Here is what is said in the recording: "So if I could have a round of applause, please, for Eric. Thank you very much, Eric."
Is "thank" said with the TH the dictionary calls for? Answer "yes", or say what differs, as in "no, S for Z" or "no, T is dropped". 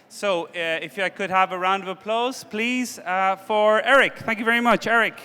yes